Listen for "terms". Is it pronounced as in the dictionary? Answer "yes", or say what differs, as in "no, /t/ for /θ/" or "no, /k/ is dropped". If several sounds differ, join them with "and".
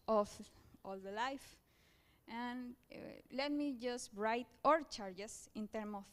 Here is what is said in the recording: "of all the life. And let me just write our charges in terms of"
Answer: no, /z/ is dropped